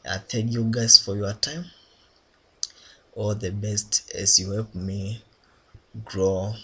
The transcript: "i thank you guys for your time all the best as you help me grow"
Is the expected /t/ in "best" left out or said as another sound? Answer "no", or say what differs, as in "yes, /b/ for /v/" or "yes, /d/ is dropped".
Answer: no